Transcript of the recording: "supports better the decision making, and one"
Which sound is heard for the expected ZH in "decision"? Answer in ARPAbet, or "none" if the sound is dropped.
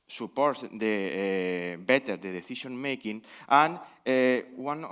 SH